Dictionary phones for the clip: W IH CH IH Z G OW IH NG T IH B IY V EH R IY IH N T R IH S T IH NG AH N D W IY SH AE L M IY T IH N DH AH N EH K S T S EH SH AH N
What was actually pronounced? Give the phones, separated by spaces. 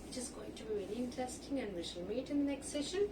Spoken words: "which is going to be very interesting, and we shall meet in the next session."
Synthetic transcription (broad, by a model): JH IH S G OW IH NG T IH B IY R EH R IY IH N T IH S T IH NG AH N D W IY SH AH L M IY T IH N DH AH N EH K S T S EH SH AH N